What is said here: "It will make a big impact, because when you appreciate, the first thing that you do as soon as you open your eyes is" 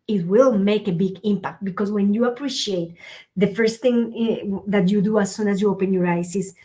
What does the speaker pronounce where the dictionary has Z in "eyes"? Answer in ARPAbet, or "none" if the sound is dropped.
S